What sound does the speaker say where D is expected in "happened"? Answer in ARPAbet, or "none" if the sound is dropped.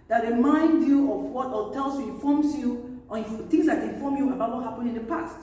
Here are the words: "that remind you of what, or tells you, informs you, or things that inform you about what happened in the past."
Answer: none